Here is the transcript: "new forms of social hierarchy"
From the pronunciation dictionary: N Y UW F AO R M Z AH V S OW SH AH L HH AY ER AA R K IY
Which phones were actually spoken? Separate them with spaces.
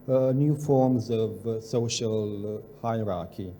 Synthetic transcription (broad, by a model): N Y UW F AO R M Z AH V S OW SH AH L HH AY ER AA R K IY